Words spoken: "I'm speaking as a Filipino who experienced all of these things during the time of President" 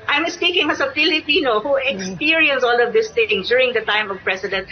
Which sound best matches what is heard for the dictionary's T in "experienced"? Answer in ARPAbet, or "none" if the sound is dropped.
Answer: none